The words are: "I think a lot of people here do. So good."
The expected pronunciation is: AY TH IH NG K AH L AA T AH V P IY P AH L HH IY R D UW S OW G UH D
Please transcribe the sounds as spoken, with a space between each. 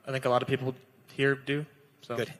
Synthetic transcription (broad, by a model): AY TH IH NG K AH L AA T AH V P IY P L HH IY R D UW S OW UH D